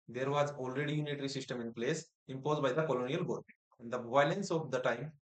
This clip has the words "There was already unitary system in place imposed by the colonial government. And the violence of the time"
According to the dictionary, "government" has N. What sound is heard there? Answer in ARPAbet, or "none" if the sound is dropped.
none